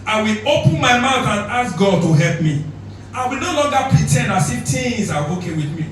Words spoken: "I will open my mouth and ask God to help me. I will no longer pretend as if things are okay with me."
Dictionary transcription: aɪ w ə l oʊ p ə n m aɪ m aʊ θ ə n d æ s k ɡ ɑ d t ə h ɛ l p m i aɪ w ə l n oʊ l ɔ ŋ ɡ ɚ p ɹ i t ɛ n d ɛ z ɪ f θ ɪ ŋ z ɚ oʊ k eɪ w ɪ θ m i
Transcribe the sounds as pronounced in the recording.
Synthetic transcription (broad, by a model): aɪ w ə l oʊ p ə n m aɪ m aʊ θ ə n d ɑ s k ɡ ɑ d t ə h ɛ l p m i aɪ w ə l n oʊ l ɔ ŋ ɡ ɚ p ɹ i t ɛ n ɑ s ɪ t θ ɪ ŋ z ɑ oʊ k eɪ w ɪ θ m i